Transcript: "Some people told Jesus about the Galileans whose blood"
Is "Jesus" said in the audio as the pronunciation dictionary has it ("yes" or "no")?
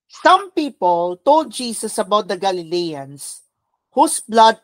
no